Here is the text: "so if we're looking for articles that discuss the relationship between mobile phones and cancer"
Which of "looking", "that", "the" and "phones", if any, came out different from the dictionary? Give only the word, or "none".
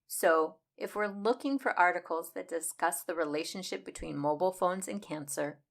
none